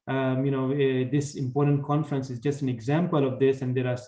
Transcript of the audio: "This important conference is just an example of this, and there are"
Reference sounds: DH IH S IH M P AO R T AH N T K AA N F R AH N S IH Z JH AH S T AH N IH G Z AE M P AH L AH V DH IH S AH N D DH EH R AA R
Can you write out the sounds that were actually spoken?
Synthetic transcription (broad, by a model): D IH S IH M P AO R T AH N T K AA N F R AH N S IH Z JH AH S T AH N IH G Z AE M P AH L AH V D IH S AH N D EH R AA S